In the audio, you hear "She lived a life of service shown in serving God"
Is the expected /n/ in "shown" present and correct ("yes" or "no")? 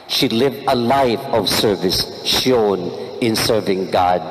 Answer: yes